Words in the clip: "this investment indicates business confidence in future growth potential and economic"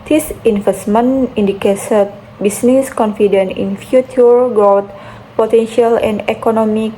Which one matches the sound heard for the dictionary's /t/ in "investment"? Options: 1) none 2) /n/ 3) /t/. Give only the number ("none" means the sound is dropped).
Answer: 1